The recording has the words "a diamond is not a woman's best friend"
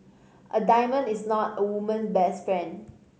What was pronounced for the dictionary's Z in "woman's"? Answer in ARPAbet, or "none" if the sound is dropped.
none